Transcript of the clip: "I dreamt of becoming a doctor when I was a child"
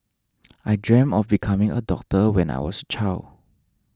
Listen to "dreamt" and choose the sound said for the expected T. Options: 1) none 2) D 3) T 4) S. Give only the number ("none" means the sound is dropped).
1